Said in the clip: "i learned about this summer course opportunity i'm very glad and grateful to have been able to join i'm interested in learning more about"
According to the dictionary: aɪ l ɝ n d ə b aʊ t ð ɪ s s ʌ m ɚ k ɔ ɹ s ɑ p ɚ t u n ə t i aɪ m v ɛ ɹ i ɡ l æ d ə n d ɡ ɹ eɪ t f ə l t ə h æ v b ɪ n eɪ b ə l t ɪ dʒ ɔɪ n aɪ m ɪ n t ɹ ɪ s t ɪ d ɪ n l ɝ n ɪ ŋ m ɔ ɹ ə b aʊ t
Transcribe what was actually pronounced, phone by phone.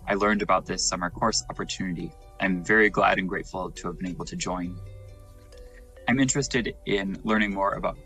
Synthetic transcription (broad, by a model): aɪ l ɝ n d ə b aʊ t ð ɪ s s ʌ m ɚ k ɔ ɹ s ɑ p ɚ t u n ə t i aɪ m v ɛ ɹ i ɡ l æ d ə n ɡ ɹ eɪ t f l t ə v b ɪ n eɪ b l t ɪ dʒ ɔɪ n aɪ m ɪ n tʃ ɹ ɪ s t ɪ d ɪ n l ɝ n ɪ ŋ m ɔ ɹ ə b aʊ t